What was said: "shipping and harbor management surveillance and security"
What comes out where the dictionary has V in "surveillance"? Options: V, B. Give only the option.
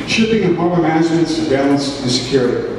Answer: B